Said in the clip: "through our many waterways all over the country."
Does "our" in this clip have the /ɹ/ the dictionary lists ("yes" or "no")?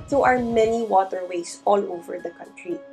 yes